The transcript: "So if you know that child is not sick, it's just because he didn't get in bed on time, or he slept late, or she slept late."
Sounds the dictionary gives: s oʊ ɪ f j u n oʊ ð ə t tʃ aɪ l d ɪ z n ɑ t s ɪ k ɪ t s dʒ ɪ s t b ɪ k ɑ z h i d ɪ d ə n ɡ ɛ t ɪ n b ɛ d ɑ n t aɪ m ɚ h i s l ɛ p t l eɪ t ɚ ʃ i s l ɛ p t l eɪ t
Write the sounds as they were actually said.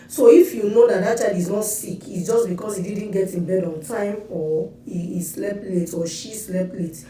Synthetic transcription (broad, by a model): s oʊ ɪ f j u n oʊ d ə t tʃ aɪ d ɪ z n ɑ t s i k ɪ t s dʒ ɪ s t b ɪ k ɑ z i d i d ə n ɡ ɛ t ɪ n b ɛ d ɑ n t aɪ m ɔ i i s l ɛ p l eɪ t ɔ ʃ i s l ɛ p l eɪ t